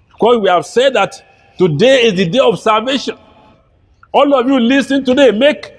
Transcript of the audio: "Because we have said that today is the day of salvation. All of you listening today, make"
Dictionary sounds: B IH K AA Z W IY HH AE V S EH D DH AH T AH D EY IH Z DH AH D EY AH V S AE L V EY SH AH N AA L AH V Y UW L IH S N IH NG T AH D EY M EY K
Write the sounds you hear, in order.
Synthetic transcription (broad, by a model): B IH K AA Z W IY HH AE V S EH D DH AH T AH D EY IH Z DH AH D EY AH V S AE L V EY SH AH N AA L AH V Y UW L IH S IH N T AH D EY M EY K